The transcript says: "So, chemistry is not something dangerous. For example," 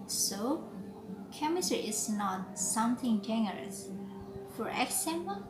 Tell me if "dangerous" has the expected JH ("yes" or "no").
no